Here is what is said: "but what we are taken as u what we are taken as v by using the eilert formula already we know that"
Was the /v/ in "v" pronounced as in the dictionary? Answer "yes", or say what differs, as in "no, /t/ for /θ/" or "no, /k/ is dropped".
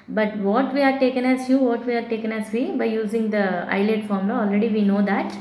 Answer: yes